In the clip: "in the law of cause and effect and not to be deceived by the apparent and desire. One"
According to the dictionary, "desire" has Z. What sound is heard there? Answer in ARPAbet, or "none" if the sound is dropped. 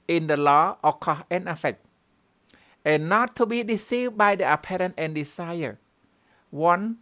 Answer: S